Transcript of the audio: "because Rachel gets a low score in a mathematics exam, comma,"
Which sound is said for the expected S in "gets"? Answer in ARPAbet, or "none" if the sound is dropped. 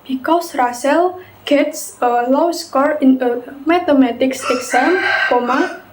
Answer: S